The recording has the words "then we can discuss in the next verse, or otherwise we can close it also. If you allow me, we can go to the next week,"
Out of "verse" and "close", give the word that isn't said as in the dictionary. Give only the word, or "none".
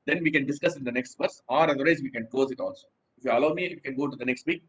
close